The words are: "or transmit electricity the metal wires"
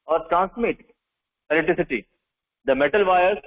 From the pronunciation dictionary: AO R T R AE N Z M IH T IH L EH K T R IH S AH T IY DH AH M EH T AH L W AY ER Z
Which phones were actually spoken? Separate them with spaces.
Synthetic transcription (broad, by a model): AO R T R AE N S M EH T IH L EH T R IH S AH T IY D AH M EH T AH L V AY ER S